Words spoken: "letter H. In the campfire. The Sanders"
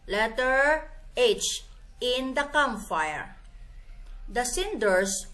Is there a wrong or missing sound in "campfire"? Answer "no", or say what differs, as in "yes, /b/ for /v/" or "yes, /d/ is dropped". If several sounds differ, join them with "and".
yes, /p/ is dropped